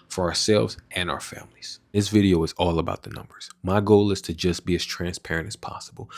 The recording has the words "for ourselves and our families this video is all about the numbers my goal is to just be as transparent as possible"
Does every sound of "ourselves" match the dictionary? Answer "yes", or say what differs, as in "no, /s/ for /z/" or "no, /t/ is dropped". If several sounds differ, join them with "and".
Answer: yes